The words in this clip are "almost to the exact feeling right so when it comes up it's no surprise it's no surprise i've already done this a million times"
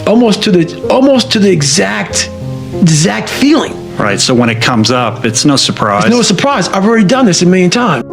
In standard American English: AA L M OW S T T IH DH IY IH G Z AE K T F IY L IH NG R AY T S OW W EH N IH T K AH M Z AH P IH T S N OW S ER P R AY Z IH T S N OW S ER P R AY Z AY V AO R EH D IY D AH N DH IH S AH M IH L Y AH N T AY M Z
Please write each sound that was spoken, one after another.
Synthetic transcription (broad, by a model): AA L M OW S T T IH DH IY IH G Z AE K T F IY L IH NG R AY T S OW W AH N IH T K AH M Z AH P IH T S N OW S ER P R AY IH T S N OW S ER P R AY Z AY V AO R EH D IY D AH N DH IH S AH M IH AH N T AY M